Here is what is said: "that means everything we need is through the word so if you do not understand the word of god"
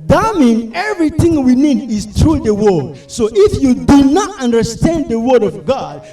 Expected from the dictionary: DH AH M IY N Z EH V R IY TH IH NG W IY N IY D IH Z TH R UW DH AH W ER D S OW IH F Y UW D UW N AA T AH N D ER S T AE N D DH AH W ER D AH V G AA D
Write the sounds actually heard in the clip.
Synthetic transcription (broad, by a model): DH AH M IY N EH V R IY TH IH NG W IY N IY D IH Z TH R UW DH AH W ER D S OW IH F Y UW D UW N AA T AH N D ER S T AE N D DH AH W ER D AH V G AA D